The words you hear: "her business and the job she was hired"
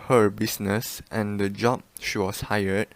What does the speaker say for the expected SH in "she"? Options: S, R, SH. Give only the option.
SH